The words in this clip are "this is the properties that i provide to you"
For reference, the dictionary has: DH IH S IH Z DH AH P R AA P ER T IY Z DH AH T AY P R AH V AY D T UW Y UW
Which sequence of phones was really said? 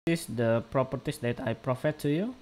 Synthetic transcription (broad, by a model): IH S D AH P R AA P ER T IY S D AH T AY P R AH F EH T UW Y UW